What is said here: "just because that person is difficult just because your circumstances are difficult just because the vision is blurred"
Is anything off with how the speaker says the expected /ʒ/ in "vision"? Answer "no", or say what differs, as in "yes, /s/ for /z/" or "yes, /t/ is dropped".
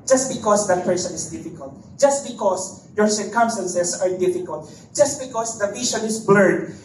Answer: yes, /ʃ/ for /ʒ/